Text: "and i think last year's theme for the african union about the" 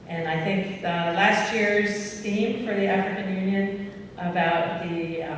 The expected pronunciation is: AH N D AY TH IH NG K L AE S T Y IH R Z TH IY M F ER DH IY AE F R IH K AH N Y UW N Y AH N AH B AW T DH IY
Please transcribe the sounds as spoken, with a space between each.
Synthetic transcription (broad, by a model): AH N AY TH IH NG K L AE S T Y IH R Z T IY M F ER DH IY AE F R IH K AH N Y UW N Y AH N AH B AW T DH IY